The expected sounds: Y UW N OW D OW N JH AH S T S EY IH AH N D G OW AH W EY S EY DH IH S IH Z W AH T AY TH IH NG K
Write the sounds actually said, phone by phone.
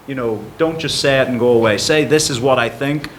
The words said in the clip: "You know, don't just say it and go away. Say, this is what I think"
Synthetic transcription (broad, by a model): Y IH N OW D OW N JH AH S T S EY IH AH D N G OW AH W EY S EY DH IH S IH Z W AH T AY TH IH NG K